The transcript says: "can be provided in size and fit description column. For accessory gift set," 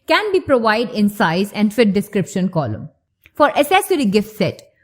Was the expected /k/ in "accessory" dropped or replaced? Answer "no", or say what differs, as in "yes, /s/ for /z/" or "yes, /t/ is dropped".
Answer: yes, /k/ is dropped